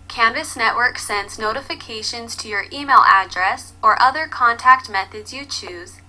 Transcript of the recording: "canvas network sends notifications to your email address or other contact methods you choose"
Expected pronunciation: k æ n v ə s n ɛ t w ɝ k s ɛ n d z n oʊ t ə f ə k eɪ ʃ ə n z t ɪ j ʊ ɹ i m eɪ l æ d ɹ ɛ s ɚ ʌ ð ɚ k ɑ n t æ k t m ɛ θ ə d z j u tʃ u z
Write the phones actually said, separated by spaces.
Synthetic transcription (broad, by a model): k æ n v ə s n ɛ t w ɝ k s ɛ n d z n oʊ t ə f ə k eɪ ʃ ə n z t ɪ j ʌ ɹ i m eɪ l æ d ɹ ɛ s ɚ ʌ ð ɚ k ɑ n t æ k t m ɛ θ ə d z j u tʃ u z